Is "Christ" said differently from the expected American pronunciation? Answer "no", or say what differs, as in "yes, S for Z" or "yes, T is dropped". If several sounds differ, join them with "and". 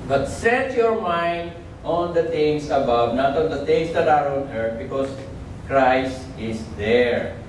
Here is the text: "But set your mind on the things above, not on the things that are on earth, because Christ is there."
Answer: no